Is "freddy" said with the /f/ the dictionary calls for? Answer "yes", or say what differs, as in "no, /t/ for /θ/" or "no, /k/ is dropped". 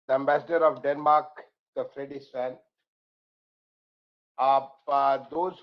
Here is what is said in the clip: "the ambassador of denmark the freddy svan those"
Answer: yes